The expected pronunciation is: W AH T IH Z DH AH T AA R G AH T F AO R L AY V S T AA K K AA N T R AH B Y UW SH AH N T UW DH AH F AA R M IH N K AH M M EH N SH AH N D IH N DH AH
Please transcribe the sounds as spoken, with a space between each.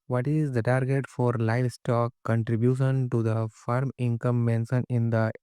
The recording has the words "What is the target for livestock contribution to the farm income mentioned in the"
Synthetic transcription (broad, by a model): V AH T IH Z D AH T AA R G AH T F AO R L AY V S T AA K K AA N T R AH B Y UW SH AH N T UW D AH F AA R M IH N K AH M M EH N S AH N IH N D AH